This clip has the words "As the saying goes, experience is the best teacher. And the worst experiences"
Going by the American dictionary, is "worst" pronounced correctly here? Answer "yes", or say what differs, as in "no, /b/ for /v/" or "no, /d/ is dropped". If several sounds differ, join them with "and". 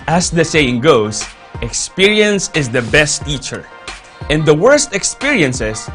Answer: yes